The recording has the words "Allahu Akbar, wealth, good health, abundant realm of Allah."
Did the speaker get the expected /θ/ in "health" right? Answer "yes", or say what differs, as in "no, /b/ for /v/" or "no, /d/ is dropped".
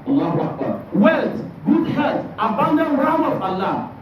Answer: no, /t/ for /θ/